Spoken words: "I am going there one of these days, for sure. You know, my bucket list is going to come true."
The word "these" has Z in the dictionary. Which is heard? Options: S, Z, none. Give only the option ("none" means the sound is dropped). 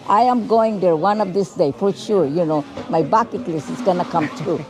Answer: S